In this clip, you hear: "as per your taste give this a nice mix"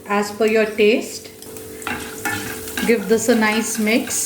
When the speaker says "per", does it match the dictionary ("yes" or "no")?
no